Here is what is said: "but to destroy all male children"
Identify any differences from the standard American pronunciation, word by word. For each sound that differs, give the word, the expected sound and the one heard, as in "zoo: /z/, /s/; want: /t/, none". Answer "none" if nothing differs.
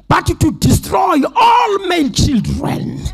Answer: male: /l/, /n/